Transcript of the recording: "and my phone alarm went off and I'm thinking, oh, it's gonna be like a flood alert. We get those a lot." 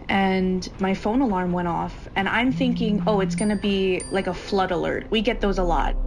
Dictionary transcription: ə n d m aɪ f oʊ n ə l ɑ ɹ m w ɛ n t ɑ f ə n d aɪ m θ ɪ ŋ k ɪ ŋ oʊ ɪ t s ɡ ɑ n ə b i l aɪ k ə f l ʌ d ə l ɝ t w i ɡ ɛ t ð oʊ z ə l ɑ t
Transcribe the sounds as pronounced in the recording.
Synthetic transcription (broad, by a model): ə n m aɪ f oʊ n ə l ɑ ɹ m w ɛ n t ɑ f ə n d aɪ m θ ɪ ŋ k ɪ ŋ oʊ ɪ t s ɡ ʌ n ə b i l aɪ k ə f l ʌ d ə l ɝ t w i ɡ ɛ t ð oʊ z ə l ɑ t